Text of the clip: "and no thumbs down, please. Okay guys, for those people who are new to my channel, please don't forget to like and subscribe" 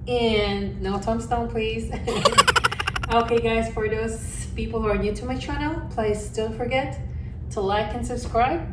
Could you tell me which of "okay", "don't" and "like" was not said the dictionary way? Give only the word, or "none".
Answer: don't